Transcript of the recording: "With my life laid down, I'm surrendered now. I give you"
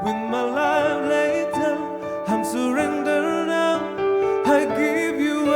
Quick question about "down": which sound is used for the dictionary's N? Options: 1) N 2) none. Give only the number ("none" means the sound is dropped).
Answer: 2